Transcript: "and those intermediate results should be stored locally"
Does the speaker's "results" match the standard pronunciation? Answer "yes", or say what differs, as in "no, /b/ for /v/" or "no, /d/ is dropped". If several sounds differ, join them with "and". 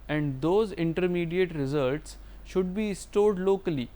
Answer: yes